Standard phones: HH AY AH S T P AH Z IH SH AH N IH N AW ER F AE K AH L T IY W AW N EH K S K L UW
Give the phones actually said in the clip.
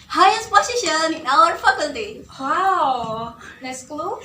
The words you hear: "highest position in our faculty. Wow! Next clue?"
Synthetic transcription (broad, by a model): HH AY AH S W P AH S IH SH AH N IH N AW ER F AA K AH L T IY W AW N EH S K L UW